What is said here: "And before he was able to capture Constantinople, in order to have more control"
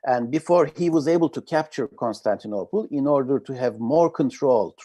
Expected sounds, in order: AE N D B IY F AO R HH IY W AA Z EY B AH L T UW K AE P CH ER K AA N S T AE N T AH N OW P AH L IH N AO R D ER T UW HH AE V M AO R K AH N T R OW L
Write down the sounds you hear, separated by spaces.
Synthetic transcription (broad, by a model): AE N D B IY F AO R HH IY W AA Z EY B AH L T UW K AE P CH ER K AA N S T AE N T AH N OW P AH L IH N AO R D ER T UW HH AE V M AO R K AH N T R OW L